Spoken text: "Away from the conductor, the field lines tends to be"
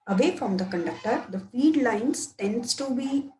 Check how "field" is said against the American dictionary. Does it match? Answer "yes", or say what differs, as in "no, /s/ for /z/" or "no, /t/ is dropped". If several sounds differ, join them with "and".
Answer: no, /l/ is dropped